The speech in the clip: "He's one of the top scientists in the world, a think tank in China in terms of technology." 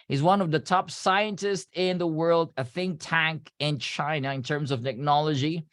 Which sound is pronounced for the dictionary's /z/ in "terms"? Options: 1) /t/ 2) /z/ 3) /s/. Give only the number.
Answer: 2